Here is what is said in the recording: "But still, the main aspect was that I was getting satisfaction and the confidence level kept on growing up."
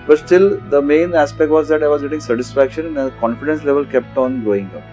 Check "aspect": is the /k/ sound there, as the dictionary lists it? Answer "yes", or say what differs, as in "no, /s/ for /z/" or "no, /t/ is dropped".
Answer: yes